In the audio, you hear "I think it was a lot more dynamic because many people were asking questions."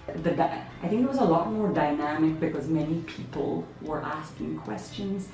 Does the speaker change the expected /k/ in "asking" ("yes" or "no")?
no